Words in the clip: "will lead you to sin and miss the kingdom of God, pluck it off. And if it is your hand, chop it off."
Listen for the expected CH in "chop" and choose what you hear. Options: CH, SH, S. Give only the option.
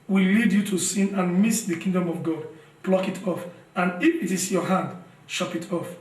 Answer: SH